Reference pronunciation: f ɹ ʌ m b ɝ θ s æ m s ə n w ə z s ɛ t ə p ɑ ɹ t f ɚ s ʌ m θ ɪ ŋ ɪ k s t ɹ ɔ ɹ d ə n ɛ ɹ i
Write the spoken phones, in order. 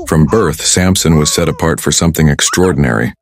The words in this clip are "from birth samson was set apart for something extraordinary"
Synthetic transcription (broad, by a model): f ɹ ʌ m b ɝ θ s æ m s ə n w ə z s ɛ t ə p ɑ ɹ t f ɚ s ʌ m θ ɪ ŋ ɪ k s t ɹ ɔ ɹ d n ɛ ɹ i